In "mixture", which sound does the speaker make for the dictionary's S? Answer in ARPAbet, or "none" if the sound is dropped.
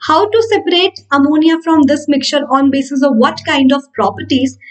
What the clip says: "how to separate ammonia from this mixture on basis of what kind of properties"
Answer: none